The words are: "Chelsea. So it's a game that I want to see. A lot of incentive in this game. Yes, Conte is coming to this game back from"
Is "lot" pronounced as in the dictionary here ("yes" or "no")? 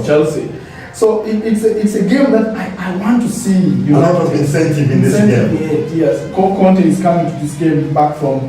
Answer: no